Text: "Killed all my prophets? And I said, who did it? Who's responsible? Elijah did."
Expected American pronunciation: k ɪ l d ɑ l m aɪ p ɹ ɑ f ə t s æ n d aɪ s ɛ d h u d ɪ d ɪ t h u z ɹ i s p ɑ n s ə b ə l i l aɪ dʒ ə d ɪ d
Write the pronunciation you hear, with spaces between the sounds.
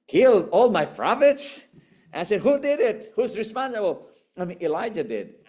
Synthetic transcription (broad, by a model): k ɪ l d ɑ l m aɪ p ɹ ɑ f ə t s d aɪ s ɛ d h u d ɪ d ɪ t h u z ɹ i s p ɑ n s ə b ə n i l aɪ dʒ ə d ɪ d